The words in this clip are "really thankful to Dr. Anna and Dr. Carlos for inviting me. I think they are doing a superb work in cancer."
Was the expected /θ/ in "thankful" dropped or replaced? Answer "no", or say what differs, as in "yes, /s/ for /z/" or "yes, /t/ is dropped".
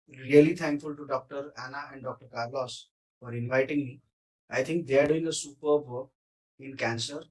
yes, /t/ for /θ/